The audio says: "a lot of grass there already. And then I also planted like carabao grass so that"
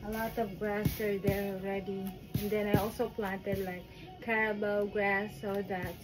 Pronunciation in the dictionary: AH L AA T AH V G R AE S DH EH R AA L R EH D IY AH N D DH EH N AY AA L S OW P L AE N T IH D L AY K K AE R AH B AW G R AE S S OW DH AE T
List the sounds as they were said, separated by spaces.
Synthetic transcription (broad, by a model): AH L AA T AH V G R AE S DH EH R AA L R EH D IY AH N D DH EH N AY AA L S OW P L AE N T IH D L AY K K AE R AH B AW G R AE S S OW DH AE T